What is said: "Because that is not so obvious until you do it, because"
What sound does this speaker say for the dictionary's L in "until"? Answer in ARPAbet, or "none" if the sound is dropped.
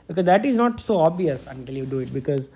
L